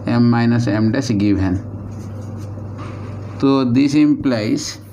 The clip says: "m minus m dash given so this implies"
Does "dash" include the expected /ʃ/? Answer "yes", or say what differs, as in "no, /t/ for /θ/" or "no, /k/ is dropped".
no, /s/ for /ʃ/